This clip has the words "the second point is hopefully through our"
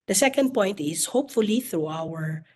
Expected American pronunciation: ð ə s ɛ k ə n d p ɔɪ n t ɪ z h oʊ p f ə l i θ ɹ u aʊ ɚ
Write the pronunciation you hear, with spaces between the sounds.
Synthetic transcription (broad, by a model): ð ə s ɛ k ə n d p ɔɪ n t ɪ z h oʊ p f ə l i θ ɹ u aʊ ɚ